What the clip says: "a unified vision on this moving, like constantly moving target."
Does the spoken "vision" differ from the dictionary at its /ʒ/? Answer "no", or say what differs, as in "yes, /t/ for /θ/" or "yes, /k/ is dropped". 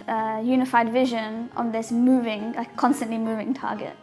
no